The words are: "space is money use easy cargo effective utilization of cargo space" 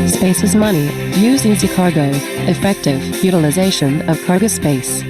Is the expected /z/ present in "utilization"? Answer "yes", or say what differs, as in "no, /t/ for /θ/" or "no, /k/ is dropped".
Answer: yes